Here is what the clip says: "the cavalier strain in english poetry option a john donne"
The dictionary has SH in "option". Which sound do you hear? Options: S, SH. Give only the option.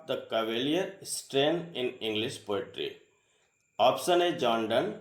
S